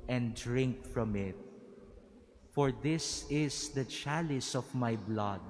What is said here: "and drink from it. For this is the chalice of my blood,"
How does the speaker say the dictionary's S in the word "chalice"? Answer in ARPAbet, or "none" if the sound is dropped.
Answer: S